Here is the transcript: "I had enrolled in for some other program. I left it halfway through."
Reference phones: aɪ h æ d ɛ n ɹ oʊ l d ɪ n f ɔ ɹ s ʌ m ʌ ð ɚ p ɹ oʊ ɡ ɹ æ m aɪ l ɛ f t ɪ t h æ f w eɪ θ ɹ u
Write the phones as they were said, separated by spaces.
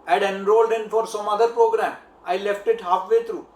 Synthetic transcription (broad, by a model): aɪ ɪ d ɛ n ɹ oʊ l d ɪ n f ɔ ɹ s ʌ m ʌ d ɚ p ɹ oʊ ɡ ɹ æ m aɪ l ɛ f t ɪ t h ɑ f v eɪ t ɹ u